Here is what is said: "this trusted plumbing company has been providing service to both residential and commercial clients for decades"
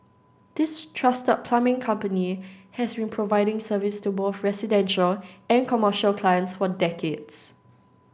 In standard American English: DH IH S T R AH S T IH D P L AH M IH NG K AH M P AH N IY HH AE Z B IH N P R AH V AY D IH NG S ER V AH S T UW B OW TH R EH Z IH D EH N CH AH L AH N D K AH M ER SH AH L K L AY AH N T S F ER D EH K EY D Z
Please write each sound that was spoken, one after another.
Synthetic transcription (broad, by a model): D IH S T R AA S T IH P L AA M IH NG K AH M P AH N IY HH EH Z B IH N P R AH V AY D IH NG S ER V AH S T UW B OW TH R EH S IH D EH N SH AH L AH N K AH M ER SH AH L K L AY AH N T S F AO D EH K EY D S